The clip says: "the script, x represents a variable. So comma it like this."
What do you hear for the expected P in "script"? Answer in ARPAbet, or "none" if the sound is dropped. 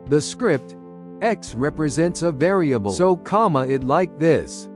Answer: P